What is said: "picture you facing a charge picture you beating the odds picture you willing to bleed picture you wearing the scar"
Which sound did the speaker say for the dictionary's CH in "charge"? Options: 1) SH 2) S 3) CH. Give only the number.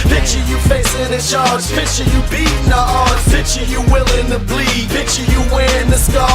1